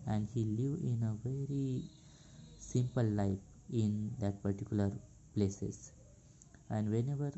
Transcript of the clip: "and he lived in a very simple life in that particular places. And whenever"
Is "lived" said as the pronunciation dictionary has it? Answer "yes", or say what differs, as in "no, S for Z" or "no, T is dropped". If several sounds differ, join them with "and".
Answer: no, D is dropped